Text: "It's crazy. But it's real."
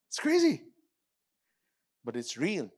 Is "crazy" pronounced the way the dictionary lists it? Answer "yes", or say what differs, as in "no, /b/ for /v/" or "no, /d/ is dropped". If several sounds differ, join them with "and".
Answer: yes